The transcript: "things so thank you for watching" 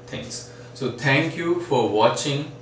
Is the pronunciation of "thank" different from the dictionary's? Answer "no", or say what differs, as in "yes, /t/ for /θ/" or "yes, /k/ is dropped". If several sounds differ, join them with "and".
yes, /t/ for /θ/